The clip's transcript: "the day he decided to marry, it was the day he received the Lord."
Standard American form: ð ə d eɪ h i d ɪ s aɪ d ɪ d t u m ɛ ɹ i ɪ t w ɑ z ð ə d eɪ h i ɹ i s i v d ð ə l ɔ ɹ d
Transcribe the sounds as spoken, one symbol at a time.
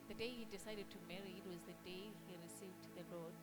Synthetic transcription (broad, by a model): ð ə d eɪ h i d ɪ s aɪ d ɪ d t u m ɛ ɹ i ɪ t w ɑ z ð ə d eɪ h i ɹ i s i v d ð ə l ɔ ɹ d